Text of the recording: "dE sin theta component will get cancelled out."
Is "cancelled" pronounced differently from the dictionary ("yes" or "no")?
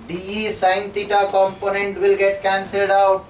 no